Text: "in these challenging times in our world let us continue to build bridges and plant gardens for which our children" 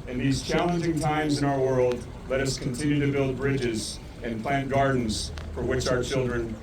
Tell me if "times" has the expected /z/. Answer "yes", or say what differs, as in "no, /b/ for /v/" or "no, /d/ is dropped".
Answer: yes